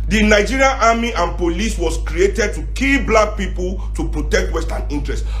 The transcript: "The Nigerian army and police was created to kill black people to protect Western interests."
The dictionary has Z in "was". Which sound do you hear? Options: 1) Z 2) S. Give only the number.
2